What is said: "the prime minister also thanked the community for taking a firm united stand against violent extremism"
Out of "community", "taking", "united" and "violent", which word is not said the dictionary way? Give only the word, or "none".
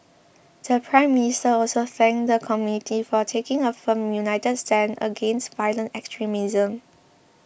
none